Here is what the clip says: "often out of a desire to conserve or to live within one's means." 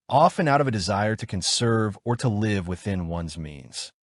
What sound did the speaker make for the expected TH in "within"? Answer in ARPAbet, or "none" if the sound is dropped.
TH